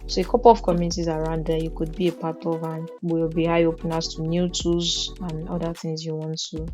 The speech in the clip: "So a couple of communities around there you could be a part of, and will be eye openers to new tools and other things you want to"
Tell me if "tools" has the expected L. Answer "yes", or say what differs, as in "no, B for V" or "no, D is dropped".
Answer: no, L is dropped